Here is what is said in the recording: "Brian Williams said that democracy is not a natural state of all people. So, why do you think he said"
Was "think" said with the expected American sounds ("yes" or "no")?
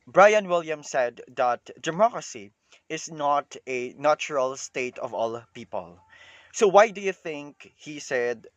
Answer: yes